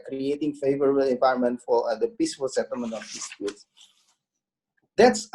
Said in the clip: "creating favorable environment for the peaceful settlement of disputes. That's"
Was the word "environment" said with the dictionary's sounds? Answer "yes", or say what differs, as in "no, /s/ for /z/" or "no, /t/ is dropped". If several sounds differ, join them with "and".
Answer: no, /ɹ/ is dropped